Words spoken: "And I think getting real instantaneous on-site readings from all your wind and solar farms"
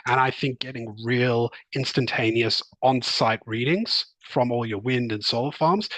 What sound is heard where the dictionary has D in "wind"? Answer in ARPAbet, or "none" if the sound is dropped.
D